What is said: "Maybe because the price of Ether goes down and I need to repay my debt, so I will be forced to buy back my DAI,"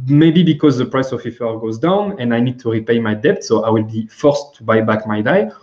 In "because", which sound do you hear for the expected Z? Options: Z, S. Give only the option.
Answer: Z